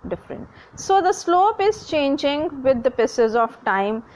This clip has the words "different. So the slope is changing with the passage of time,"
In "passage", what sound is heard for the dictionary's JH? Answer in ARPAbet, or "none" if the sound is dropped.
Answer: Z